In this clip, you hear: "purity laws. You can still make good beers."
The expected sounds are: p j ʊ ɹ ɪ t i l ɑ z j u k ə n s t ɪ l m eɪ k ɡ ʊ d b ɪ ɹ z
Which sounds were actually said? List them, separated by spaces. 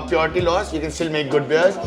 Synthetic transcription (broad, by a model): p j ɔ ɹ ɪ t i l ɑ s j u k ə n s t ɪ l m eɪ k ɡ ʊ d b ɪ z